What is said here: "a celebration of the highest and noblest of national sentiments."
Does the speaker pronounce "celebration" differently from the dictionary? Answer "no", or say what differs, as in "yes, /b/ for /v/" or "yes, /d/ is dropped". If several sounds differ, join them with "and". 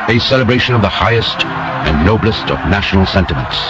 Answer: no